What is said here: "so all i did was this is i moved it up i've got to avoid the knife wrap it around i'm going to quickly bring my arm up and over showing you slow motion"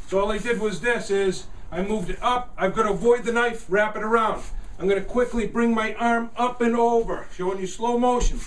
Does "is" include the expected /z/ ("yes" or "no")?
yes